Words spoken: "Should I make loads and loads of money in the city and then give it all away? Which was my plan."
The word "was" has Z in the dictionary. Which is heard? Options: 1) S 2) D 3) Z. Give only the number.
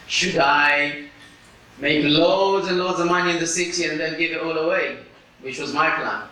3